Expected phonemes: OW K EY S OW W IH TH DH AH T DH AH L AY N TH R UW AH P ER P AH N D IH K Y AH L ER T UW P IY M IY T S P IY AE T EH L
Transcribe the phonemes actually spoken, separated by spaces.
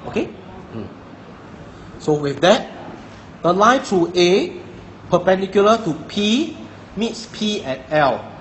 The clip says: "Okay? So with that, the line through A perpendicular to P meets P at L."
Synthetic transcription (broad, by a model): OW K EY S OW W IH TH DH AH T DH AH L AY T R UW AH P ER P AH N D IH K Y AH L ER T UW P IY M IY T S P IY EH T EH L